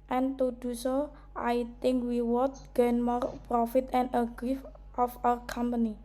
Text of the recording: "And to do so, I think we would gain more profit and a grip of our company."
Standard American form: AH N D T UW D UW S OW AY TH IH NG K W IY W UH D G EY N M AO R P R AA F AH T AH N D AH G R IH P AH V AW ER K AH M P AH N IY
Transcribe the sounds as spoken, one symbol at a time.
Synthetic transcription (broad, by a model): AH N T UW D UW S OW AY T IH NG K W IY W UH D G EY N M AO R P R AA F AH T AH N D AH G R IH F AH F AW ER K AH M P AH N IY